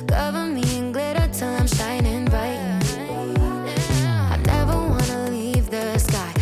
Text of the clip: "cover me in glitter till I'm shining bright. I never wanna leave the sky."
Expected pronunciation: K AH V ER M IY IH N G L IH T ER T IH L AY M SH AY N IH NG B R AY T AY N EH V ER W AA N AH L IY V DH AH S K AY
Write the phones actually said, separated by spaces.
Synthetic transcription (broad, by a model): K AH V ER M IY IH N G L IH T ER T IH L AY M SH AY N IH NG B AY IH AY N EH V ER W AA N AH L IY V DH AH S K AY